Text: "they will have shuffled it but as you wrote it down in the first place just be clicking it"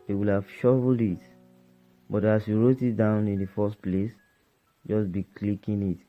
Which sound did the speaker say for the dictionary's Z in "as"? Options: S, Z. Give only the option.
S